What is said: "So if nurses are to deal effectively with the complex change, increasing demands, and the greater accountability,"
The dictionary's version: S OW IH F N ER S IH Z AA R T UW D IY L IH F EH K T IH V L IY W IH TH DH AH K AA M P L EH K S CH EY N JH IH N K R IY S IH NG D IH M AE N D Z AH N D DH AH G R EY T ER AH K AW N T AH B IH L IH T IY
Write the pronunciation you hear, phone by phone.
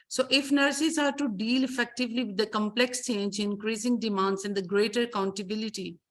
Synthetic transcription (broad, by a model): S OW IH F N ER S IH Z AA R T UW D IY L IH F EH K T IH V L IY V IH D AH K AA M P L EH K S CH EY N JH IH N K R IY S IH NG D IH M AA N D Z AH N D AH G R EY T ER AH K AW N T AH B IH L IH T IY